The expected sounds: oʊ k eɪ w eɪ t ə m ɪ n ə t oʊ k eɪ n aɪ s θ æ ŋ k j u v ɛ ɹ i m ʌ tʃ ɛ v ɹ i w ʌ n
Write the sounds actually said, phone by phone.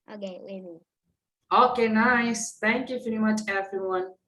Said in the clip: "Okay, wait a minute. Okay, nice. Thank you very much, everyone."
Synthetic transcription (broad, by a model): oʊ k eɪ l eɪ ə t oʊ k eɪ n aɪ s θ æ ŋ k j u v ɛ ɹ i m ʌ tʃ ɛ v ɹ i w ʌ n